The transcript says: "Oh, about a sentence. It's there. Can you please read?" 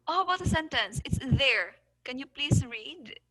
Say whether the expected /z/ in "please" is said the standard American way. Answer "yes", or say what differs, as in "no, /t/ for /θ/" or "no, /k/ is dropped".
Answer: no, /s/ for /z/